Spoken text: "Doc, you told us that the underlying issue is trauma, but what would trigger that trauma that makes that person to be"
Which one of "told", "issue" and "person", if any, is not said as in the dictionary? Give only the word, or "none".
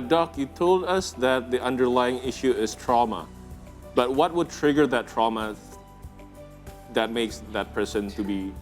none